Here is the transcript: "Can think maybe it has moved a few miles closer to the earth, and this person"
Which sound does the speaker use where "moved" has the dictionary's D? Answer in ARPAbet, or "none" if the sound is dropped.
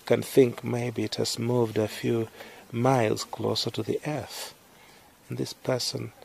D